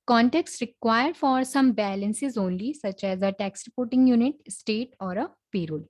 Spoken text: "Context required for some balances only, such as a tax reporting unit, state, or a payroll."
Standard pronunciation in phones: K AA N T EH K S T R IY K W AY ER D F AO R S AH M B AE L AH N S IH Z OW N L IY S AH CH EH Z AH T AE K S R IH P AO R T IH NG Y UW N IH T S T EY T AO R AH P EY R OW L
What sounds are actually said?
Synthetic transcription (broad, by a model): K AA N T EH K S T R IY K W AY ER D F AO R S AH M B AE L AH N S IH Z OW N L IY S AH CH EH Z AH T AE K S R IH P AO R T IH NG Y UW N IH T S T EY T AO R AH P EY R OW L